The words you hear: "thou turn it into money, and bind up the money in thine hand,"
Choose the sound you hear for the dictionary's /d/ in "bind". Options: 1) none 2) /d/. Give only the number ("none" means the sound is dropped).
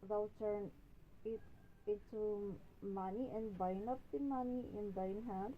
1